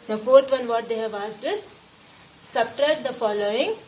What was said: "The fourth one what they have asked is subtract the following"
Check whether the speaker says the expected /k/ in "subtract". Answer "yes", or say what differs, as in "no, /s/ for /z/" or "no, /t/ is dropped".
no, /k/ is dropped